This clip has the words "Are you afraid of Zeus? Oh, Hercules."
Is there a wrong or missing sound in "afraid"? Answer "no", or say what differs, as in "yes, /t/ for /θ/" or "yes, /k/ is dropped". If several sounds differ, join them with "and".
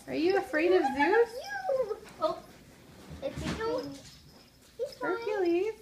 no